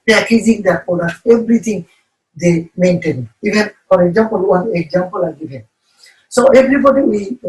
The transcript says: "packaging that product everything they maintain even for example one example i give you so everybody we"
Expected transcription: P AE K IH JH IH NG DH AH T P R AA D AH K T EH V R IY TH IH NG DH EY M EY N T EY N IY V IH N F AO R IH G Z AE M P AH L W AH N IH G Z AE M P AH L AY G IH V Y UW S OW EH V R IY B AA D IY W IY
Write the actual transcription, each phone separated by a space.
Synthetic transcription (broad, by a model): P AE K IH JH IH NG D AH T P AA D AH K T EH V R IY T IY NG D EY M EY N T EY N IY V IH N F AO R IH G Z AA M P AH L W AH N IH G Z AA M P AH L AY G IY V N S OW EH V R IY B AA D IY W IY